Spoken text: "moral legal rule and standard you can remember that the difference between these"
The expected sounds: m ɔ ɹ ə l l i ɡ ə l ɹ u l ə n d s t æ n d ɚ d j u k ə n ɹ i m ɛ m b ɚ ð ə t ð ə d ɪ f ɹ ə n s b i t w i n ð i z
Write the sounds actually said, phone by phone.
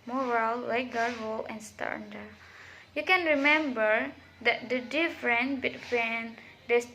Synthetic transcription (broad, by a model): m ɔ ɹ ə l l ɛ ɡ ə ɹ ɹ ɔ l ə n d s t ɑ n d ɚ j u k ə n ɹ i m ɛ m b ɚ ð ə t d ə d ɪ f ɹ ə n b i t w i n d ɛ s